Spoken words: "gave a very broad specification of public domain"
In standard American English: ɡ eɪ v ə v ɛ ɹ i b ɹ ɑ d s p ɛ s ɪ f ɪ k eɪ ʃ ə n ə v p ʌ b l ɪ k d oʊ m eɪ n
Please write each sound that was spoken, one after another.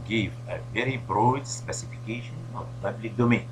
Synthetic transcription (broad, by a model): ɡ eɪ v ə v ɛ ɹ i b ɹ ɑ d s p ɛ s ɪ f ɪ k eɪ ʃ ə n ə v p ʌ b l ɪ k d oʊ m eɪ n